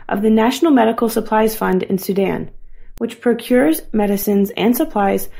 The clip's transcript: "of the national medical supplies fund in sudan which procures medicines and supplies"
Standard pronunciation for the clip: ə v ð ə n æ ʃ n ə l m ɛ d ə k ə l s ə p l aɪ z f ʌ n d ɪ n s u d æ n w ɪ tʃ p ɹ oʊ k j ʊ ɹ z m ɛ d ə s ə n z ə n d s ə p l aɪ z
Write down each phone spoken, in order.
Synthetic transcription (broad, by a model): ə v ð ə n æ ʃ n l m ɛ d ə k l s ə p l aɪ z f ʌ n d ɪ n s u d æ n w ɪ tʃ p ɹ oʊ k j ʊ ɹ z m ɛ d ə s ə n z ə n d s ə p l aɪ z